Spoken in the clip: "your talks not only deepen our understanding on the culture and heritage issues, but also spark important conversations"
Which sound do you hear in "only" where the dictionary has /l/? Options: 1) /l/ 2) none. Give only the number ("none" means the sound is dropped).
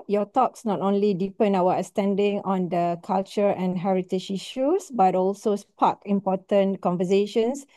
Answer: 1